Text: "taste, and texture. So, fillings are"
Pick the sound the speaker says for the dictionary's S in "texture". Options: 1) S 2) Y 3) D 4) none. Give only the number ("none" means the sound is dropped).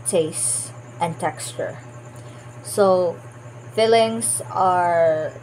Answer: 1